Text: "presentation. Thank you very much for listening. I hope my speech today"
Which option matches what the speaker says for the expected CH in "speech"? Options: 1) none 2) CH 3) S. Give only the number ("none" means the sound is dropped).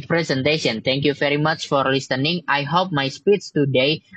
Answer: 3